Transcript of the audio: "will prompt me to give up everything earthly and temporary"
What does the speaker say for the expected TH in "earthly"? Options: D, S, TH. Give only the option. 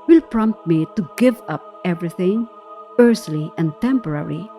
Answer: S